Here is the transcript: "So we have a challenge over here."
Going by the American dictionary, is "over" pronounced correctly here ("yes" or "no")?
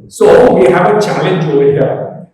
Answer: no